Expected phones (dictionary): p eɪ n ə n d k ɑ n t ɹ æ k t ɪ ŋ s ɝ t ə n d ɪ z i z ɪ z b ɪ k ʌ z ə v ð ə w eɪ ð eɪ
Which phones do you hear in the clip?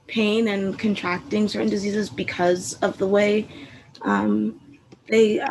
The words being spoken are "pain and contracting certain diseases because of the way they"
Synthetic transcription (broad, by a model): p eɪ n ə n k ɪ n t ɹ æ k t ɪ ŋ s ɝ t n d ɪ z i z ɪ z b ɪ k ʌ z ə v ð ə w eɪ ð eɪ